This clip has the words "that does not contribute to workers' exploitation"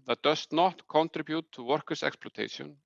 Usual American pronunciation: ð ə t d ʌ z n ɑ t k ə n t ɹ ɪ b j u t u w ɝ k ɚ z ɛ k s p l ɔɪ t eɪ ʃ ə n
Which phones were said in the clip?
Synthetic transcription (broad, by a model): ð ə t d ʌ s n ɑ t k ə n t ɹ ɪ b j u t u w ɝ k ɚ s ɛ k s p l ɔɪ t eɪ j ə n